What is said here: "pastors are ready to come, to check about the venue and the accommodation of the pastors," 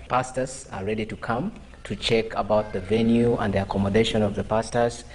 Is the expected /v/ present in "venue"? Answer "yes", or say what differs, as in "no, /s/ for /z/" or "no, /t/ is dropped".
yes